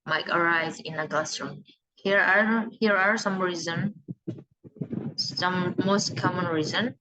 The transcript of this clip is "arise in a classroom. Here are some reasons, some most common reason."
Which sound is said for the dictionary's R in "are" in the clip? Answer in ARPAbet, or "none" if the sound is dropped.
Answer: R